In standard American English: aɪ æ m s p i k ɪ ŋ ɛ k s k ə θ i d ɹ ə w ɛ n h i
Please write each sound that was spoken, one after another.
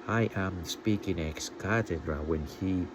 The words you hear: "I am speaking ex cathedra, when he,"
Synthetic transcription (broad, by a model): aɪ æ m s p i k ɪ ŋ ɛ k s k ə t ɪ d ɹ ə w ɛ n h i